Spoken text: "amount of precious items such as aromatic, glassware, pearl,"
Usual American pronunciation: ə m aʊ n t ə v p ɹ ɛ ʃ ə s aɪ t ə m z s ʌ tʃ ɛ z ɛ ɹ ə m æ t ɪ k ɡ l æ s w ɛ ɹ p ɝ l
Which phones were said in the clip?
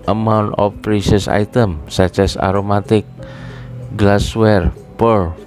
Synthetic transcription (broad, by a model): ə m aʊ n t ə f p ɹ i s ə s aɪ t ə m s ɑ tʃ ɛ s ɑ ɹ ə m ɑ t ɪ k ɡ l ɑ s w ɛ ɹ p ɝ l